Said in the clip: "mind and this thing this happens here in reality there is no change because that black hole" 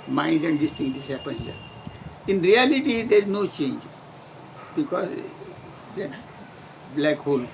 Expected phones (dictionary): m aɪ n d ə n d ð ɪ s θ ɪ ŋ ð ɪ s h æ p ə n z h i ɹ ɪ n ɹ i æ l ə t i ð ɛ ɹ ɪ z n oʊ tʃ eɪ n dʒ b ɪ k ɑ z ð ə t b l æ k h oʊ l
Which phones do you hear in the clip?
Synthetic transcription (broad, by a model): m aɪ n d ə n d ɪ s t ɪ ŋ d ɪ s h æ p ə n h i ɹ ɪ n ɹ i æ l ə t i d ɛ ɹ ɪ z n oʊ tʃ eɪ n dʒ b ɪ k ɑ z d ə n b l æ k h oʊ l